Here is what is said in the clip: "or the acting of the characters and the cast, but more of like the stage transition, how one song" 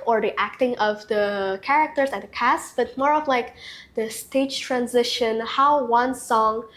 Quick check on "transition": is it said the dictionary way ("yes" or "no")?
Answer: yes